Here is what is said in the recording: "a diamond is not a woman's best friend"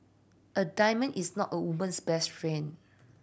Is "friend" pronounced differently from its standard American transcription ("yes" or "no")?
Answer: yes